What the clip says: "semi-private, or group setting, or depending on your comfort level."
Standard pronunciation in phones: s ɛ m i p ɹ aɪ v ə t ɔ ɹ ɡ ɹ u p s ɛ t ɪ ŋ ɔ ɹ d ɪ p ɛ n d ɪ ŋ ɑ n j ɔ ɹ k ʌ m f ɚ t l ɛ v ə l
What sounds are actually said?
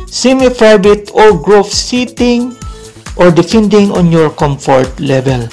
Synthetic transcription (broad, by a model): s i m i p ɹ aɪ b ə t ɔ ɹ ɡ ɹ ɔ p s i t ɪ ŋ ɔ ɹ d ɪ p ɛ n d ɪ ŋ ɑ n j ɔ ɹ k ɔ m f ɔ t l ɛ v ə l